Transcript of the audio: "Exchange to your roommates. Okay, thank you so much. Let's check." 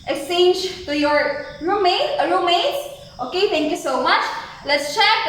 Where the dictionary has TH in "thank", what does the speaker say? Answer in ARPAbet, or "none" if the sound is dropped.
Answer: T